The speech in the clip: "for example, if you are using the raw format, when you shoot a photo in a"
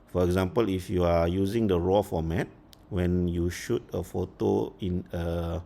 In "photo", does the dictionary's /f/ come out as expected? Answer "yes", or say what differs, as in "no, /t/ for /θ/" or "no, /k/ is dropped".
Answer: yes